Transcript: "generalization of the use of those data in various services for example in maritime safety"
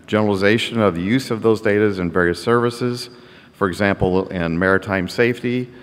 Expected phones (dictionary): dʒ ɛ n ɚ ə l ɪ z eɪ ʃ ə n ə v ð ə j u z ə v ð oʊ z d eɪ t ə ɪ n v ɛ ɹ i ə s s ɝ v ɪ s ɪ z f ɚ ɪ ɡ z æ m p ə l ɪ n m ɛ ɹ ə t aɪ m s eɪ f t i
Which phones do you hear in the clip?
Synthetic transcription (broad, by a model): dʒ ɛ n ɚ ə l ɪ z eɪ ʃ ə n ə v ð ə j u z ə v ð oʊ z d eɪ t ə ɪ n v ɛ ɹ i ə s s ɝ v ɪ s ɪ z f ɚ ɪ ɡ z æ m p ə l ɪ n m ɛ ɹ ə t aɪ m s eɪ f t i